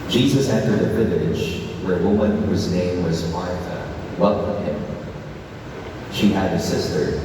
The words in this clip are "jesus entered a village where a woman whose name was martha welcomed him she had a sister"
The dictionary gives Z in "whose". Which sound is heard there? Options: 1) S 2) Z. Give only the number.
2